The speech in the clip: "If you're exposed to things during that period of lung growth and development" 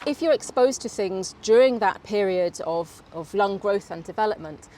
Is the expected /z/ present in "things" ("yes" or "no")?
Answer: yes